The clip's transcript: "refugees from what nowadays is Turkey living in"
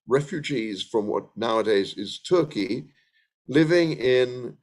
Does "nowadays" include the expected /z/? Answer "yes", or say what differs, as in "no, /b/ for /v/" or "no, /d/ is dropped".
yes